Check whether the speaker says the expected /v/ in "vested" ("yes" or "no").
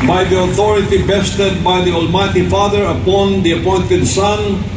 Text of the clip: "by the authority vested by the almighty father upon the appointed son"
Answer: no